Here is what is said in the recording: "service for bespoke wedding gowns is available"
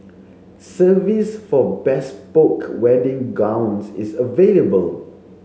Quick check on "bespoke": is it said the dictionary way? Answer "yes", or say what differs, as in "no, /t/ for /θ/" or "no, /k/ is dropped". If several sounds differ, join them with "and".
yes